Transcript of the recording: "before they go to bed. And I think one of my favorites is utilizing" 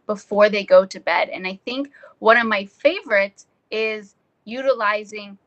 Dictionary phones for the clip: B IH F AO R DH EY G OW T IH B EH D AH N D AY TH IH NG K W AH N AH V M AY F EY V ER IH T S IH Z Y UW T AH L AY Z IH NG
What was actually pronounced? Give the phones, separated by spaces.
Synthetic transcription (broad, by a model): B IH F AO R DH EY G OW T IH B EH D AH N AY TH IH NG K W AH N AH V M AY F EY V ER IH T S IH Z Y UW T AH L AY Z IH NG